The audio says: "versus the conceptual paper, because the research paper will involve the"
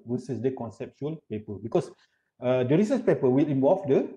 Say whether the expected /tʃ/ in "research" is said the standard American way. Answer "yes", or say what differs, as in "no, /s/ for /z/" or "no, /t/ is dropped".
no, /s/ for /tʃ/